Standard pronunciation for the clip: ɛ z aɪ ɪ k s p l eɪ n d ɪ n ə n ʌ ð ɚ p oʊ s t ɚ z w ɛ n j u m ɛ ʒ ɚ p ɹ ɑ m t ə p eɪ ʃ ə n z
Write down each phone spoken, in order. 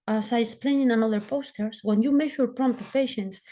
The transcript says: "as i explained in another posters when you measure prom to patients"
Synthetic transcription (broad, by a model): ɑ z aɪ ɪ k s p l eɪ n ɪ n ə n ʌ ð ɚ p oʊ s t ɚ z w ɛ n j u m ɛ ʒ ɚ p ɹ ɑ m t ə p eɪ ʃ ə n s